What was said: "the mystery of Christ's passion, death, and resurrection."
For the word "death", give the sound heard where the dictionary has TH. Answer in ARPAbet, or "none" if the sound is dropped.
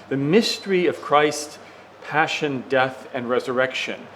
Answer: TH